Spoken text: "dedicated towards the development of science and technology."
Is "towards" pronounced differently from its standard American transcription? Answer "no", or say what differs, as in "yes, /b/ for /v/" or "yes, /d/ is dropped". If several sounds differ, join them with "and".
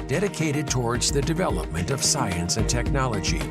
no